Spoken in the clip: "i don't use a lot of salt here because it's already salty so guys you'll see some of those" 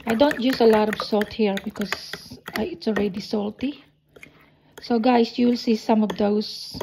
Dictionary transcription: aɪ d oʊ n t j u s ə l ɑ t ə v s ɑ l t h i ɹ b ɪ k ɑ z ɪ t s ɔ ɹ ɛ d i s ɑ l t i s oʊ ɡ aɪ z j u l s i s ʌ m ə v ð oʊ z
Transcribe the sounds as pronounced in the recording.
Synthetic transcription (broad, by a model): aɪ d oʊ n t j u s ə l ɑ t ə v s ɑ l t h i ɹ b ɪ k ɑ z ɪ t s ɔ ɹ ɛ d i s ɑ l t i s oʊ ɡ aɪ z j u l s i s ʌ m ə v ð oʊ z